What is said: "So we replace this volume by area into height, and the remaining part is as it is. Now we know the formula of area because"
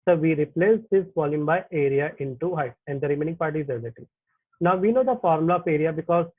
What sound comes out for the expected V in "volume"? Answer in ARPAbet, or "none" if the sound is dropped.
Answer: F